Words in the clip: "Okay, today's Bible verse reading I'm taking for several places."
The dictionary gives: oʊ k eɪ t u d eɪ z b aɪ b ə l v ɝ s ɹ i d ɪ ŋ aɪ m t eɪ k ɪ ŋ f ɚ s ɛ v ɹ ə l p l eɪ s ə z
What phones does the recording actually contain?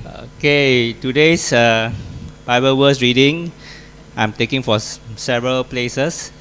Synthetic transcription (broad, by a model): oʊ k eɪ t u d eɪ s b aɪ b ə l w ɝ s ɹ i d ɪ ŋ aɪ m t eɪ k ɪ ŋ f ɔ s ɛ v ɹ ə l p l eɪ s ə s